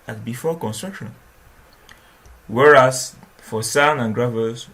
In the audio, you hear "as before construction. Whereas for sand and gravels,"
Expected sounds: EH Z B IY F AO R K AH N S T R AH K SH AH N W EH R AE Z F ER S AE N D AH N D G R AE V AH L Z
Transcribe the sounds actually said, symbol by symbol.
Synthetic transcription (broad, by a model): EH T B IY F AO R K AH N S T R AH K SH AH N W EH R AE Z F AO S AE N AH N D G R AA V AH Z